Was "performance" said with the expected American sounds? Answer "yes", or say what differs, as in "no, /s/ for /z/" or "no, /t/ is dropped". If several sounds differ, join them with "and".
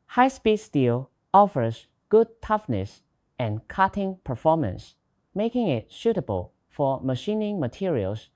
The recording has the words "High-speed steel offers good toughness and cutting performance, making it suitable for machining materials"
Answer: yes